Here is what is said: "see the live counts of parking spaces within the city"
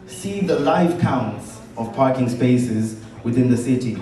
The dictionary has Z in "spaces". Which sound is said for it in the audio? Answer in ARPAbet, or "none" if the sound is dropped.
Z